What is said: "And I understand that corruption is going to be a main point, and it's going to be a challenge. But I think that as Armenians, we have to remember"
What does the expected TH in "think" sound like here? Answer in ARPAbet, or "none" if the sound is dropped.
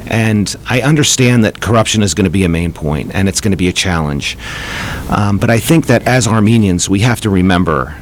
TH